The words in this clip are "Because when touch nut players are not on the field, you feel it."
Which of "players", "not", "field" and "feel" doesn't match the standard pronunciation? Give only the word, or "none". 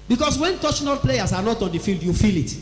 players